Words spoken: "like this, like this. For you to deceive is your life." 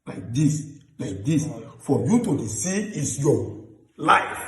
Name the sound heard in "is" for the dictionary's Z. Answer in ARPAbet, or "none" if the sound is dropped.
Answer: S